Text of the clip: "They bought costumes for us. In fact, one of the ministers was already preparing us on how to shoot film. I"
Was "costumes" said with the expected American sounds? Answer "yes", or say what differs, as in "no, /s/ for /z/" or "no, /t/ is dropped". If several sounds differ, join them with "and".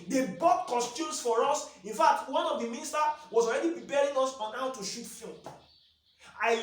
no, /s/ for /z/